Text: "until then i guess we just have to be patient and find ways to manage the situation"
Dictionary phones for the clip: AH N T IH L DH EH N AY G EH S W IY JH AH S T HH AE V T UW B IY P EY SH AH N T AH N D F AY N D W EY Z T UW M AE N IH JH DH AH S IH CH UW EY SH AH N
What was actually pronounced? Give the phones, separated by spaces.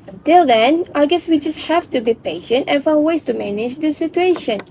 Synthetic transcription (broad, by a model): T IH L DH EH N AY G EH S W IY JH AH S T HH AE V T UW B IY P EY SH AH N T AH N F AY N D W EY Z T UW M AE N IH JH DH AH S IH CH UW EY SH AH N